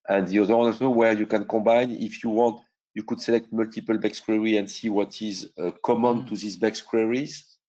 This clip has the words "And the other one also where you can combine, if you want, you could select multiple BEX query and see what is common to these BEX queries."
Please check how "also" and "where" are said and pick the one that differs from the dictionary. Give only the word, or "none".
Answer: also